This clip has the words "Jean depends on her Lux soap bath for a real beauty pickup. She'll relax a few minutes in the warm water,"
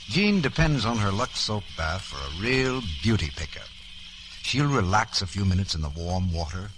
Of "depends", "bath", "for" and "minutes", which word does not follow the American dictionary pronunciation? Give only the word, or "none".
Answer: none